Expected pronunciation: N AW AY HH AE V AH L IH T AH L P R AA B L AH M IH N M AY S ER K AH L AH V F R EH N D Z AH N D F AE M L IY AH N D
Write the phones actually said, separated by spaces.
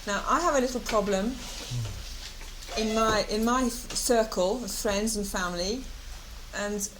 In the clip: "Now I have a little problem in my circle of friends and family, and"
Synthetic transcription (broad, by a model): N AW AY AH V AH L IH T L P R AA B L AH M IH N M AY S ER K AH L AH V F R EH N D Z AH N F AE M L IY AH N